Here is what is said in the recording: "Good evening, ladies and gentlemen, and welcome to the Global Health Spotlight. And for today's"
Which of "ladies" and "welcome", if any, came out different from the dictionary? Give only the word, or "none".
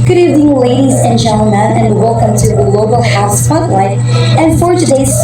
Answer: none